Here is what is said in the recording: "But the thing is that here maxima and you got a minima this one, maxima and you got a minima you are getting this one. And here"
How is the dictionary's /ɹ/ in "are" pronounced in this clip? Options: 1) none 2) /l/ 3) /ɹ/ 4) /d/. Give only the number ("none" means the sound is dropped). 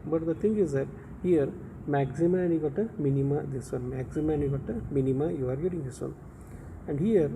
3